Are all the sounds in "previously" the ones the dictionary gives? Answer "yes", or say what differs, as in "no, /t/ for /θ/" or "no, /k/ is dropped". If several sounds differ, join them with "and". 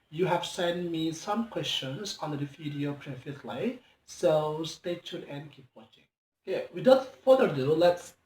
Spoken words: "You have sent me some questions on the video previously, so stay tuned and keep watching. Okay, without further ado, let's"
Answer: no, /f/ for /v/